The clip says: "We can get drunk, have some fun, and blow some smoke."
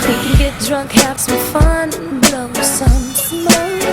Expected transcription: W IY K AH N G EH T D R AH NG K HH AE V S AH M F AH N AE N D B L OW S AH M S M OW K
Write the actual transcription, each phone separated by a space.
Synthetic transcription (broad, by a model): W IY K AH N G EH T D R AH NG K HH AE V S AH M F AH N N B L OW S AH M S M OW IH